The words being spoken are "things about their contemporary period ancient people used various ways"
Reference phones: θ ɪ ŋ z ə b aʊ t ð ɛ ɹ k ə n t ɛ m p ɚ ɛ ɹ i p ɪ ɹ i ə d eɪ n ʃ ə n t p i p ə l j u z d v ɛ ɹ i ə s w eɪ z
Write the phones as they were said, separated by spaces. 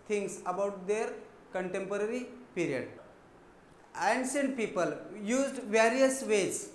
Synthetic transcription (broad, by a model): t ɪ ŋ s ə b aʊ t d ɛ ɹ k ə n t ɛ m p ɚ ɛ ɹ i p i ɹ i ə d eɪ n s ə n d p i p ə l j u z d v ɛ ɹ i ə s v eɪ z